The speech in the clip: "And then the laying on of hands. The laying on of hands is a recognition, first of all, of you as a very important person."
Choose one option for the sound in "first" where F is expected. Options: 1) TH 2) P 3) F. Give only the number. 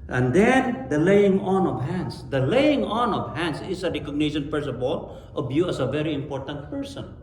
2